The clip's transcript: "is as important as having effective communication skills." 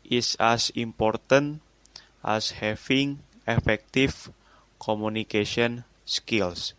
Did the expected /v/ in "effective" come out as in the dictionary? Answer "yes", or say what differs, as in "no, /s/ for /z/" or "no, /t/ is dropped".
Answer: no, /f/ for /v/